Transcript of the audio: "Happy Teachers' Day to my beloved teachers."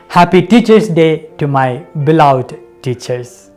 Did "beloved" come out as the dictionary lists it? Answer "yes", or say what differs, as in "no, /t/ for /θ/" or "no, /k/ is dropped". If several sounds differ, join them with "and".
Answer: no, /v/ is dropped